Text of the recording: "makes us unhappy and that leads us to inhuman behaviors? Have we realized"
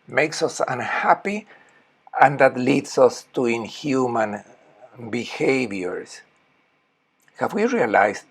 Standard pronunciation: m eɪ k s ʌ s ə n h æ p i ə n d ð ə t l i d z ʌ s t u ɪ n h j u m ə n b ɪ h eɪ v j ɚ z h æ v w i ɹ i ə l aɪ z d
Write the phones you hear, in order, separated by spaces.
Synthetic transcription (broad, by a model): m eɪ k s ʌ s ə n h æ p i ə n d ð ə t l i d s ʌ s t u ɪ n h j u m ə n b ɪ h eɪ v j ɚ s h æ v w i ɹ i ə l aɪ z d